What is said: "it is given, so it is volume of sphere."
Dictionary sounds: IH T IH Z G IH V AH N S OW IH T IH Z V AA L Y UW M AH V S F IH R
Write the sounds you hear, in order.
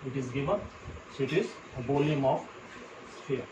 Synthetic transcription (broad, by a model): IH T IH Z G IH V AH N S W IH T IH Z B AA L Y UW M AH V S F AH R